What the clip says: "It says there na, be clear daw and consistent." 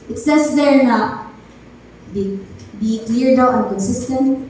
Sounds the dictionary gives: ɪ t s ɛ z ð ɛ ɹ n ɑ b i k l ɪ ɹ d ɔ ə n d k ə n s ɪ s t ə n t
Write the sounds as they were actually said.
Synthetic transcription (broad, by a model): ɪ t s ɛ s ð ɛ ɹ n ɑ b i k l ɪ ɹ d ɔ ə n k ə n s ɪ s t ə n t